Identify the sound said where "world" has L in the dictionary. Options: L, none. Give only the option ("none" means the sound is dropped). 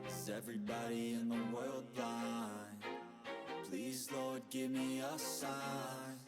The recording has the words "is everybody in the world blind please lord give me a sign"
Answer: L